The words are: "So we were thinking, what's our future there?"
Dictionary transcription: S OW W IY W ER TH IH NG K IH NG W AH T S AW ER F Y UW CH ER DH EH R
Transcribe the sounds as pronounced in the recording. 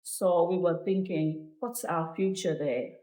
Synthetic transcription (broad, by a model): S OW W IY W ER TH IH NG K IH NG W AH T S AW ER F Y UW CH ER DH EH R